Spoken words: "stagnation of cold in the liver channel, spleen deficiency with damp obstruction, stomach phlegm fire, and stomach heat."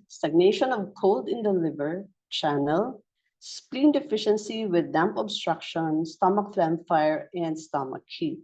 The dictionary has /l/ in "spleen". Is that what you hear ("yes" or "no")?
yes